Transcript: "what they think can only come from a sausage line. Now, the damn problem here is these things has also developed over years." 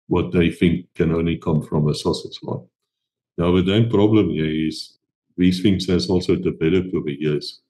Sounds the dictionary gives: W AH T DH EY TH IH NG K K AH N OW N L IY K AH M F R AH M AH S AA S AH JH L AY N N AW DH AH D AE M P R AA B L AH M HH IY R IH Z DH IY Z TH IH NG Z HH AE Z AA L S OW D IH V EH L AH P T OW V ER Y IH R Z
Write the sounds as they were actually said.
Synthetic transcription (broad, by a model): W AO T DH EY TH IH NG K K AH N OW N L IY K AH M F R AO M AH S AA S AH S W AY L N AW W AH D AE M P R AA B L AH M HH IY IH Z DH IY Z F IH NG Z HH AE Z AA L S OW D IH B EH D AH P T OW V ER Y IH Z